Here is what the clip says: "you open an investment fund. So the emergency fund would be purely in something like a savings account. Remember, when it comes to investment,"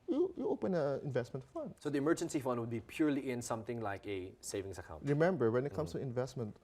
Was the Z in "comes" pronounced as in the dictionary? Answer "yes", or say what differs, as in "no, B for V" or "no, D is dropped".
no, S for Z